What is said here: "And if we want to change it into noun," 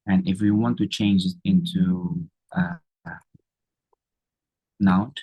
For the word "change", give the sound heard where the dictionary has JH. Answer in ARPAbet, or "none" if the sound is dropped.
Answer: JH